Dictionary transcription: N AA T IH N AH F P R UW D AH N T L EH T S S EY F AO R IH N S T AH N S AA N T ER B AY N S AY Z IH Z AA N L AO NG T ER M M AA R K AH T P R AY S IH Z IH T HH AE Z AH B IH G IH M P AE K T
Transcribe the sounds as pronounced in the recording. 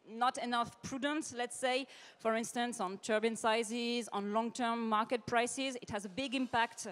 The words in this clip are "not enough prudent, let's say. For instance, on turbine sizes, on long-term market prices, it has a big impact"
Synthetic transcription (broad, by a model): N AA T IH N AH F P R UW D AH N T L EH T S S EY F AO R IH N S T AH N S AA N T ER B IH N S AY Z IH Z AA N L AO NG T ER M M AA R K AH T P R AY S IH Z IH T HH AE Z AH B IH G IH M P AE K T